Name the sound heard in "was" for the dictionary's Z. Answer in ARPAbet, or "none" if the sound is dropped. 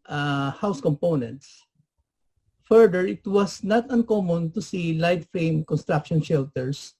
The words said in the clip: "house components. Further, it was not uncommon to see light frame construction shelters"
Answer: S